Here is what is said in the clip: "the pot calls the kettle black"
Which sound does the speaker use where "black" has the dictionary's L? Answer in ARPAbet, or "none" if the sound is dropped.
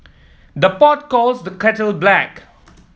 L